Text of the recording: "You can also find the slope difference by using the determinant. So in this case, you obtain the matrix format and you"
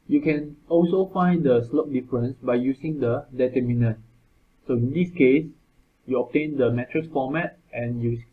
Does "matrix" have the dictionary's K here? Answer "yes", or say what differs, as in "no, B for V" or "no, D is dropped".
no, K is dropped